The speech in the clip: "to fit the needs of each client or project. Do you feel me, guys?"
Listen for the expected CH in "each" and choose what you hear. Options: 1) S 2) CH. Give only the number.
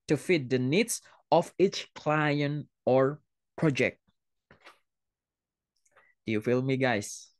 2